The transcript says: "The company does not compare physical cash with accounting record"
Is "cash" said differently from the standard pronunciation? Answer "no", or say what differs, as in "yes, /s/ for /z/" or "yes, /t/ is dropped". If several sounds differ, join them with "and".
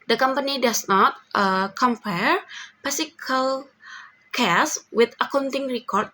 yes, /s/ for /ʃ/